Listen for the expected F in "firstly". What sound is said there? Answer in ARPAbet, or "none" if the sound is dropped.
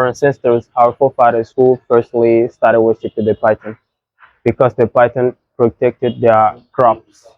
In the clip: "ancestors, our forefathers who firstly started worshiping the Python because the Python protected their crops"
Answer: P